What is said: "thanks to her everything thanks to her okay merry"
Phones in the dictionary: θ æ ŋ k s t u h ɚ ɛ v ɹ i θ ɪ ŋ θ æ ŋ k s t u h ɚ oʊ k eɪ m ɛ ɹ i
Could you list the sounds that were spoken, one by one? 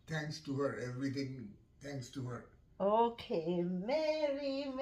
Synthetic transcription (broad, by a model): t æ ŋ k s t u h ɚ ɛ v ɹ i t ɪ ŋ t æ ŋ k s t u h ɚ oʊ k eɪ m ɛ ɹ i